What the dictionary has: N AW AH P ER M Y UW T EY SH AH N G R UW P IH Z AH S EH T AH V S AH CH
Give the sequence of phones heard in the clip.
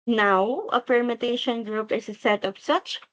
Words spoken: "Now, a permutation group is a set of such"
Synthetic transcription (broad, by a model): N AW AH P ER M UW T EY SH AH N G R UW P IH S AH S EH T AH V S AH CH